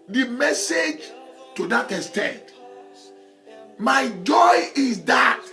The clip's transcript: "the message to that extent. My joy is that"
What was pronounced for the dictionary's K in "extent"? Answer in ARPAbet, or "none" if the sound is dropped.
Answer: none